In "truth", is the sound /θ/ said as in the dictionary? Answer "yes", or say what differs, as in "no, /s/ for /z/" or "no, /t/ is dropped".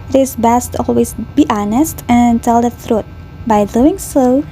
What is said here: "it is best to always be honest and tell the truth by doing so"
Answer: no, /t/ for /θ/